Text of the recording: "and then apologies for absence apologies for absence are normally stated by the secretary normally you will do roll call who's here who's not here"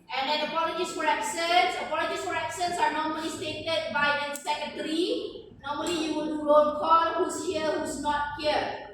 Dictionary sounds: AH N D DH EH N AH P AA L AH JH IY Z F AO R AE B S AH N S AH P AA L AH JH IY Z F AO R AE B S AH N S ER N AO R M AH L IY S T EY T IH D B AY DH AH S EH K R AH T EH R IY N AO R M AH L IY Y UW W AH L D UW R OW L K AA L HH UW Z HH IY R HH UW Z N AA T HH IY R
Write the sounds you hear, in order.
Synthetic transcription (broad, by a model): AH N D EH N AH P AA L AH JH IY S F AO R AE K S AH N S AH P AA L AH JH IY S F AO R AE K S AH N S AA N AO R M AH L IY S T EY T IH D B AY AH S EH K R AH T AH R IY N AO R M AH L IY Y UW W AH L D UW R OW N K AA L HH UW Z HH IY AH HH UW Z N AA T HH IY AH